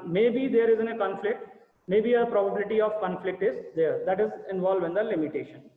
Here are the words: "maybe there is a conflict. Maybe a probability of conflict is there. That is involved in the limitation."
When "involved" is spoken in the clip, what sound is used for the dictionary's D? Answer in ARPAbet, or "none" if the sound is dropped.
none